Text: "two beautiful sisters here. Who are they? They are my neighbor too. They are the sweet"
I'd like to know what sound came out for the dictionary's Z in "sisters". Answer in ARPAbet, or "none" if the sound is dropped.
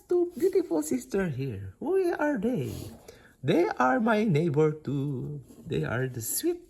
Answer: none